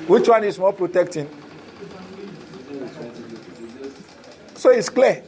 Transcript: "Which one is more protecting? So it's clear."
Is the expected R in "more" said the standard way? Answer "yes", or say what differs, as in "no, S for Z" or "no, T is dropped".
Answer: no, L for R